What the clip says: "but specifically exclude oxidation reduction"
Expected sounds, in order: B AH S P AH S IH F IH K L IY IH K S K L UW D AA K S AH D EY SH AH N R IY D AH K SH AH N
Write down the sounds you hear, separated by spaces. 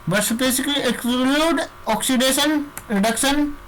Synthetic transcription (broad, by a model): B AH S AH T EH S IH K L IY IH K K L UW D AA K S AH D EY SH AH N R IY D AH K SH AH N